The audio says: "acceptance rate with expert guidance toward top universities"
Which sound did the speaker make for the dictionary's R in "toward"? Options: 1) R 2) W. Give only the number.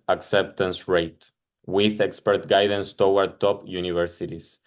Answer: 2